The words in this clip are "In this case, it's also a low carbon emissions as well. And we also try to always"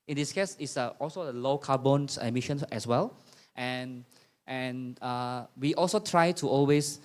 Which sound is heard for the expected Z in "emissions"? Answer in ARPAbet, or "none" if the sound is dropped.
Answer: none